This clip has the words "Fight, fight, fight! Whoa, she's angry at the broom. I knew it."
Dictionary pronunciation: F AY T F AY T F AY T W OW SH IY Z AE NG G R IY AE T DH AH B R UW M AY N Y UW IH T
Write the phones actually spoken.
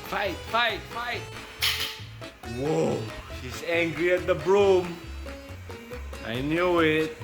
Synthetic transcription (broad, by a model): F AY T F AY T F AY T W OW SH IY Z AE NG G R IY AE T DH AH B R UW M AY N Y UW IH T